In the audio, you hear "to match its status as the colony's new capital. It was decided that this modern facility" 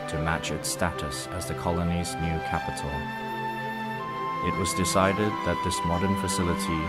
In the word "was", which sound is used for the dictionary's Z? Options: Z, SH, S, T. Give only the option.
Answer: Z